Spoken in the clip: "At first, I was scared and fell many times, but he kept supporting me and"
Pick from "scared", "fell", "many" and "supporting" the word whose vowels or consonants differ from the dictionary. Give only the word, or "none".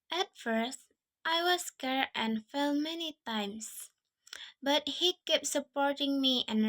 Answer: scared